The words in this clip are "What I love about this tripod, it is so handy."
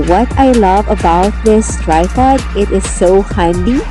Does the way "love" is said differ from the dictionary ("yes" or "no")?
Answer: no